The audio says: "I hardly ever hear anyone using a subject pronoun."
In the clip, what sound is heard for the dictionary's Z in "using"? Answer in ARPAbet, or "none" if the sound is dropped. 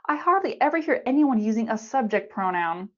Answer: Z